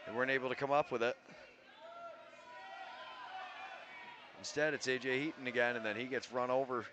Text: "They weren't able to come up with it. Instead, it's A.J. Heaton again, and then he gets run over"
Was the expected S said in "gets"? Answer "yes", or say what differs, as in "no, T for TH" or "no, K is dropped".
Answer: yes